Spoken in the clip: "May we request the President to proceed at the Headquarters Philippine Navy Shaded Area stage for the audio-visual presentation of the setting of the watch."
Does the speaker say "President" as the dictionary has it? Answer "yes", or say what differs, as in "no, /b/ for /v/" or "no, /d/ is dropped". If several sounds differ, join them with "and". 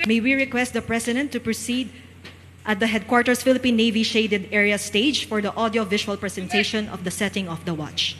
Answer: no, /s/ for /z/